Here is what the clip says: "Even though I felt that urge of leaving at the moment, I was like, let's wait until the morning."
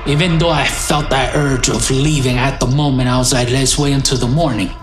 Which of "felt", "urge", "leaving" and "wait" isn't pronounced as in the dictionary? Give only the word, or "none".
wait